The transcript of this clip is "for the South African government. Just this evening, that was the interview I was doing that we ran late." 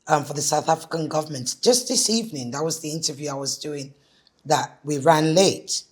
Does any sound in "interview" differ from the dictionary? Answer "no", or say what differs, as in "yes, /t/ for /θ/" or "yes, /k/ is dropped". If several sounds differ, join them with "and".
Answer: no